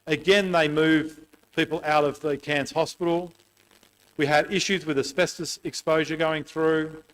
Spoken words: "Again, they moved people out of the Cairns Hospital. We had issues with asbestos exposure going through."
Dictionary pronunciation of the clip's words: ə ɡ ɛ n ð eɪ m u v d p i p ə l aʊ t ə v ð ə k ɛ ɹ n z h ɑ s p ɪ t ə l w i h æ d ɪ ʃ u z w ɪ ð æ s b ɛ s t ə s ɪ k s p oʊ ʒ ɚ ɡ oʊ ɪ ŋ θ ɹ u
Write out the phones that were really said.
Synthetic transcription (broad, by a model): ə ɡ ɛ n ð eɪ m u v p i p l aʊ t ə v ð ə k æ n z h ɑ s p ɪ t l w i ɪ d ɪ ʃ u z w ɪ ð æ s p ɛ s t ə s ɪ k s p oʊ ʒ ɚ ɡ oʊ ɪ ŋ θ ɹ u